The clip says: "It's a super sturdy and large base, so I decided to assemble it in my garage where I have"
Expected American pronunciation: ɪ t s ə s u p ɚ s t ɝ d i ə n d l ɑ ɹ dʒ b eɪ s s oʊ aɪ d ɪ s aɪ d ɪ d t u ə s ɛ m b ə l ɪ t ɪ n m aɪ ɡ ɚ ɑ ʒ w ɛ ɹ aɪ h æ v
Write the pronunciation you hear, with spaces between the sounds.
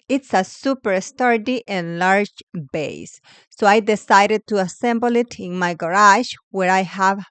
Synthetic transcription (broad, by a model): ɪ t s ə s u p ɚ s t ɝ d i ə n l ɑ ɹ dʒ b eɪ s s oʊ aɪ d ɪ s aɪ d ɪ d t u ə s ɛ m b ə l ɪ t ɪ n m aɪ ɡ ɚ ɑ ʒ w ɛ ɹ aɪ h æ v